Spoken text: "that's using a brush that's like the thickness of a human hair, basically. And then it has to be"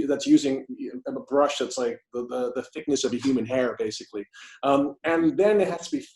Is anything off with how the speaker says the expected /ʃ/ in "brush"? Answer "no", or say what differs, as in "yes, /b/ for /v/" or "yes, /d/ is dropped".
no